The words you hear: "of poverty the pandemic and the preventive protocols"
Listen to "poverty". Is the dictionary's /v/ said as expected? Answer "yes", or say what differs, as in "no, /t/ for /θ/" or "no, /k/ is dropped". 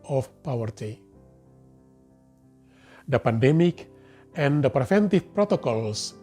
no, /w/ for /v/